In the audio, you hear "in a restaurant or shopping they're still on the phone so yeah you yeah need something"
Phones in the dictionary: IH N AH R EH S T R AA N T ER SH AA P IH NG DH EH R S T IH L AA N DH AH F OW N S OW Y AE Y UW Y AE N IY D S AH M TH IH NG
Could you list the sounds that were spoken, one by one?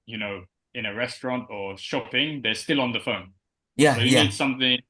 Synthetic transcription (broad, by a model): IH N AH R EH S T R AA N T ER SH AA P IH NG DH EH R S T IH L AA N DH AH F OW N Y AE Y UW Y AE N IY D S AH M TH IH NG